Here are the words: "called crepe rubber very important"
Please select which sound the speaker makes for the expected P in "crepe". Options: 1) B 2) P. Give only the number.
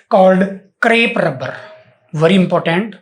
2